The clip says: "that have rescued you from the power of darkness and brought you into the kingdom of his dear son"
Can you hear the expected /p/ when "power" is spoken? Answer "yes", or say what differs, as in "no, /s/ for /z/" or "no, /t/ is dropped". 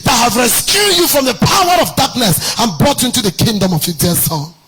yes